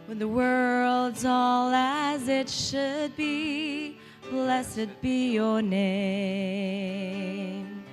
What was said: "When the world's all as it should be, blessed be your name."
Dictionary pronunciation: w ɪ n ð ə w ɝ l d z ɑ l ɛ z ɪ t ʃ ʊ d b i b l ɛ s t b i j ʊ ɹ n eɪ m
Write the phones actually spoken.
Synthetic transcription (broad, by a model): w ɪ ð ə w ɝ l d z ɑ l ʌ z ɪ t ʃ ʊ d b i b l ɛ s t b i j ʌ ɹ n eɪ m